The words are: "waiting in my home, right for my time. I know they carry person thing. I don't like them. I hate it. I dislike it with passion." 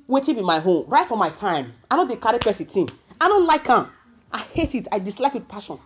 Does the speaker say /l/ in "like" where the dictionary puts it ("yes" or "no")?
yes